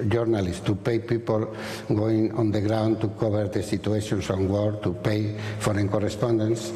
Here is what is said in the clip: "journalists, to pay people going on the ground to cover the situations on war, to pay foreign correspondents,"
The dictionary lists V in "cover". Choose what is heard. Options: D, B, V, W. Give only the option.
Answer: B